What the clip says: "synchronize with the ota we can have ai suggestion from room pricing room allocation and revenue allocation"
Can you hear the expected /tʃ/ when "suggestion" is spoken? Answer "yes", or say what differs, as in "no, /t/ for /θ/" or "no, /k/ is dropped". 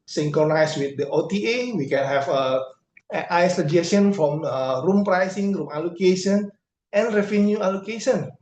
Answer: no, /tʃ/ is dropped